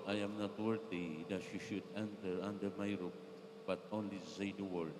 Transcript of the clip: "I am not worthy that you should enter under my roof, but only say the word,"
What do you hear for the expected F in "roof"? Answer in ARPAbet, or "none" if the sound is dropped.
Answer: P